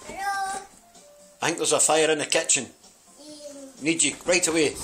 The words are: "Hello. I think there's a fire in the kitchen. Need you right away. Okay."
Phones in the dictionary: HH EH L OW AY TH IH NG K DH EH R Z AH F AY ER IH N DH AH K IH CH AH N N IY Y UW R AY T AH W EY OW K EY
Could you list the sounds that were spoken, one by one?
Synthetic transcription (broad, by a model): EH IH TH IH NG K DH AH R Z AH F AY ER IH N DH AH K IH CH AH N N IY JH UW R AY T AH W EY EY